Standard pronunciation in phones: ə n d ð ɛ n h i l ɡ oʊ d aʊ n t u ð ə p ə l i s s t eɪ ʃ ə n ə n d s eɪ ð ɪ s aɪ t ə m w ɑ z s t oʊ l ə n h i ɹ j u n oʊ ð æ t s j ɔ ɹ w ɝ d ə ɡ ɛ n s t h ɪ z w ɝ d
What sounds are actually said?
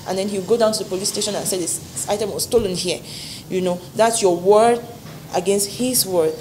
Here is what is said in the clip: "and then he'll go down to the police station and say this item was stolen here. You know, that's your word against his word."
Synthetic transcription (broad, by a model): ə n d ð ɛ n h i w ɡ oʊ d aʊ n t u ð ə p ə l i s s t eɪ ʃ ə n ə n s eɪ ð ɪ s aɪ t ə m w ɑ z s t oʊ l ə n h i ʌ j u n oʊ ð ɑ t s j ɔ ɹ w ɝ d ə ɡ ɛ n s t h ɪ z w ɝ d